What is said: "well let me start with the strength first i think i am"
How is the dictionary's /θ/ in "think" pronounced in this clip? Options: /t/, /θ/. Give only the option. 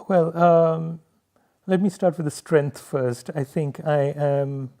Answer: /θ/